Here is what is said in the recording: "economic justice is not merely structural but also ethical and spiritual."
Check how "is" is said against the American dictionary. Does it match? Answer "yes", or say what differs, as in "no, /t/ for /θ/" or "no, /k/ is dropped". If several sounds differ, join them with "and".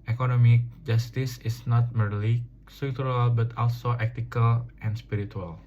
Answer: no, /s/ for /z/